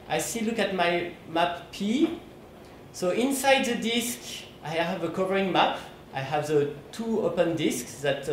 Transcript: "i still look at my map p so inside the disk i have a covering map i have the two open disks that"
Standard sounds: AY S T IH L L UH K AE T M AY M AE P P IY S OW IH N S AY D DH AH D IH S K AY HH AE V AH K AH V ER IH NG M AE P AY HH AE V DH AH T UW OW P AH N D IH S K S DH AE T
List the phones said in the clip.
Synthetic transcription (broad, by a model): AY S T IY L L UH K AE T M AY M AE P P IY S OW IH N S AY D DH AH D IH S K AY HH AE V AH K AH V ER IH NG M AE P AY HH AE V DH AH T UW OW P AH N D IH S K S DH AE T